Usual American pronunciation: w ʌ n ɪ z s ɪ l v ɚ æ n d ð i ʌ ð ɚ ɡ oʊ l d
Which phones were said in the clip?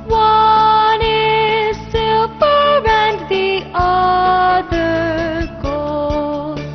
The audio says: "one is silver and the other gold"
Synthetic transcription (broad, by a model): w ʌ n ɪ z s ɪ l p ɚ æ n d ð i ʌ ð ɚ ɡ oʊ l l